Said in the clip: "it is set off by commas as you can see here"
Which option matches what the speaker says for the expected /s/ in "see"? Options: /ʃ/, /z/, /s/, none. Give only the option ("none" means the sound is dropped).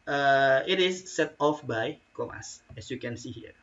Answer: /s/